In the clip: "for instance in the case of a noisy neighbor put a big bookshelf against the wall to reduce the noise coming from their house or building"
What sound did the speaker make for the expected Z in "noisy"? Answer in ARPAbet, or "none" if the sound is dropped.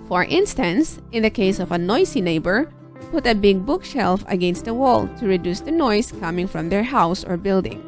S